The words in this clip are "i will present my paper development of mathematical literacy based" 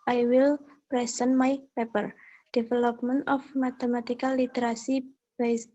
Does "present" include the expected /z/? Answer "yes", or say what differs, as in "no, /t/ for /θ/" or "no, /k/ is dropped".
no, /s/ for /z/